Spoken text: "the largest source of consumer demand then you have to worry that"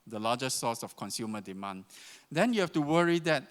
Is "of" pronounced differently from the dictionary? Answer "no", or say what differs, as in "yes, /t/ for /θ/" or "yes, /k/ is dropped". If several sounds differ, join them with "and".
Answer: yes, /f/ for /v/